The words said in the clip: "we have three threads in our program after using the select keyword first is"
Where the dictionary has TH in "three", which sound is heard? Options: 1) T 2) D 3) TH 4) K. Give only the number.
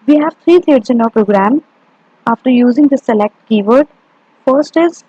1